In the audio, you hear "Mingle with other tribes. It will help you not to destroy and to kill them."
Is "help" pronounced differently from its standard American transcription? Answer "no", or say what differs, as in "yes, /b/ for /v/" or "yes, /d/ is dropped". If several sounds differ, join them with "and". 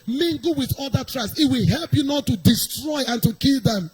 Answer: no